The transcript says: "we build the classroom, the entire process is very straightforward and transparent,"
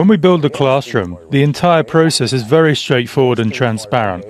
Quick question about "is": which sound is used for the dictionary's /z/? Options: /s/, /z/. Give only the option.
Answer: /z/